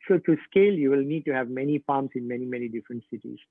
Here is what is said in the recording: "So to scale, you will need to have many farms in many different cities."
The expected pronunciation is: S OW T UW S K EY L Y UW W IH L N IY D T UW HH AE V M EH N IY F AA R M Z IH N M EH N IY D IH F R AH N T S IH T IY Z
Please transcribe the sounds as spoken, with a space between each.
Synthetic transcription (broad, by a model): S OW T UW S K EY L Y UW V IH L N IY D T UW HH AE V M EH N IY F AA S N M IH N M EH N IY D IH F R AH N T S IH T IY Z